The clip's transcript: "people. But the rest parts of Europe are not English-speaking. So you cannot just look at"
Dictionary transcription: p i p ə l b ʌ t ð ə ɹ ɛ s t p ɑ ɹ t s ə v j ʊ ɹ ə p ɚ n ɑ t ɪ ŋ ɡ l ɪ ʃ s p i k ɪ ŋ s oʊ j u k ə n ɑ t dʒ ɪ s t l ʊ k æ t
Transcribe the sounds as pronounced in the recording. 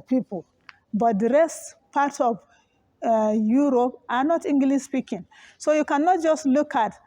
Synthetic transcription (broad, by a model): p i p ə l b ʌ t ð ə ɹ ɛ s t p ɑ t ə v j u ɹ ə p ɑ n ɑ t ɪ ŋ ɡ l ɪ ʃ s p i k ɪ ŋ s oʊ j u k ə n ɑ t dʒ ɪ s t l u k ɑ t